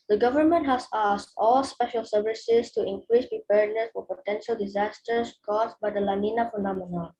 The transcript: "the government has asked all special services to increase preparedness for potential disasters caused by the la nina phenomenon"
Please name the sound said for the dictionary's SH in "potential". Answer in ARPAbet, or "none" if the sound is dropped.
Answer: SH